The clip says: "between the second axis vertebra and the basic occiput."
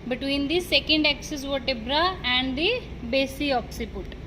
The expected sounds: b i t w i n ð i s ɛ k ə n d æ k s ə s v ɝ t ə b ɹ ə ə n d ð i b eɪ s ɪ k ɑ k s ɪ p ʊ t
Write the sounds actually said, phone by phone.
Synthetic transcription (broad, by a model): b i t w i n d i s ɛ k ə n d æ k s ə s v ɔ t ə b ɹ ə ə n d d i b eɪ s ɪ ɑ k s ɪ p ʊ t